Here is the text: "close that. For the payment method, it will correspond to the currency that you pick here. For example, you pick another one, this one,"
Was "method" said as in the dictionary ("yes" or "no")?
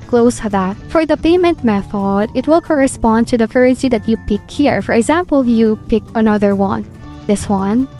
yes